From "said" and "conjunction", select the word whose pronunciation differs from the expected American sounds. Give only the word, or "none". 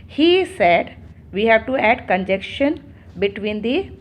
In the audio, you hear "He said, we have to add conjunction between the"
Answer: conjunction